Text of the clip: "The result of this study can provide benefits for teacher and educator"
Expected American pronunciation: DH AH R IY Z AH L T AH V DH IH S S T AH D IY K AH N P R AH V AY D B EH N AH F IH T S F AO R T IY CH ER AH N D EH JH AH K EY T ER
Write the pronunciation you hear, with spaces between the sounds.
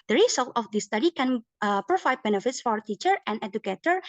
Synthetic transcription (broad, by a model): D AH R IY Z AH L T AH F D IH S S T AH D IY K AH N P R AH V AY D B EH N AH F IH T S F AO R T IY CH ER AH N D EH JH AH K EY T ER